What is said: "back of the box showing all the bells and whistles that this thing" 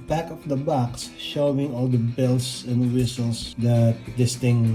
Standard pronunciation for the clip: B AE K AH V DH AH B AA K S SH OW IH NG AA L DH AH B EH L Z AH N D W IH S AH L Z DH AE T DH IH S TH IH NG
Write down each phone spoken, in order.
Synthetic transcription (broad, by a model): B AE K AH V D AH B AA K S SH OW IH NG AA L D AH B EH L S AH N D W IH S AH L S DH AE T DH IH S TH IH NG